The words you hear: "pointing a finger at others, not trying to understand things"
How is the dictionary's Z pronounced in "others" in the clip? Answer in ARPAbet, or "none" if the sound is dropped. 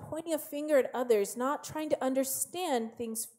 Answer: Z